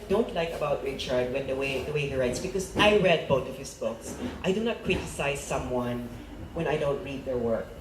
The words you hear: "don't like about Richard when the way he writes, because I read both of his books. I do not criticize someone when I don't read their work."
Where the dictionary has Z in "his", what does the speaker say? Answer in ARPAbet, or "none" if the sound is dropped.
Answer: S